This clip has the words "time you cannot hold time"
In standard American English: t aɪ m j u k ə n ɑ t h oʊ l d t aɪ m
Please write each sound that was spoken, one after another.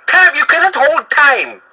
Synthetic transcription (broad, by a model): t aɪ m j u k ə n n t h oʊ l d t aɪ m